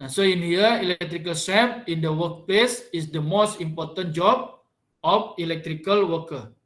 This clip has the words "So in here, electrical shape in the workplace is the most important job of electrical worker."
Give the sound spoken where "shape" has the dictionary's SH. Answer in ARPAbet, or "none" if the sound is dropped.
S